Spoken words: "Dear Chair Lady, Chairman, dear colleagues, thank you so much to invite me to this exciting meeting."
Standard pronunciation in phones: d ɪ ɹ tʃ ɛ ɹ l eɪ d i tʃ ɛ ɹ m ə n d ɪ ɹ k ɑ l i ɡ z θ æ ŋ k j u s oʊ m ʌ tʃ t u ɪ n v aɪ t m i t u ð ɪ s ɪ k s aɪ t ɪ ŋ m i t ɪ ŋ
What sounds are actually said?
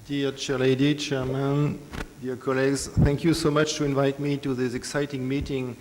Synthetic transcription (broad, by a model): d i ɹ tʃ ɛ ɹ l eɪ d i tʃ ɛ ɹ m ə n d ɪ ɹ k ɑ l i ɡ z θ æ ŋ k j u s oʊ m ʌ tʃ t u ɪ n v aɪ t m i t u ð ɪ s ɪ k s aɪ t ɪ ŋ m i t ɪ ŋ